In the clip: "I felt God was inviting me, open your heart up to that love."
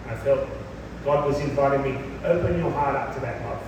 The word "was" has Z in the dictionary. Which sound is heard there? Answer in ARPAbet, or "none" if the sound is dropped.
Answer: Z